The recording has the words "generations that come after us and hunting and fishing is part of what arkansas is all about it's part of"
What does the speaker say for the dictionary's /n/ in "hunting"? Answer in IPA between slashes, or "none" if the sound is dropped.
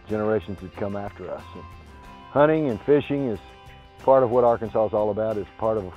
none